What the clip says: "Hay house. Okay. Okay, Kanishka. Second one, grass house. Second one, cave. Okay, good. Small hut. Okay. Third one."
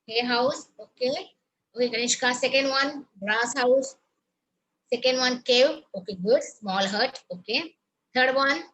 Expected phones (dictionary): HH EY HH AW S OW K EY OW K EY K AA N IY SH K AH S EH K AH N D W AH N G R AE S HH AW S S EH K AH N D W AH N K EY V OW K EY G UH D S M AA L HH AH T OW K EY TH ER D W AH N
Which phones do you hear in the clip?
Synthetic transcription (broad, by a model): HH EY HH AW S OW K EY OW K EY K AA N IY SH K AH S EH K AH N D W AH N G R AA S HH AW S S EH K AH N D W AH N K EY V OW K EY G UH D S M AA L HH AH T OW K EY T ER D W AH N